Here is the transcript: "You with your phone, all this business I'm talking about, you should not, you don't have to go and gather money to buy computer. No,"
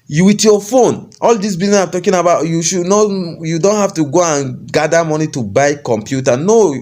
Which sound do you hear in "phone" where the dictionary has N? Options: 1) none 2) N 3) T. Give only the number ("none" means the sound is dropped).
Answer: 2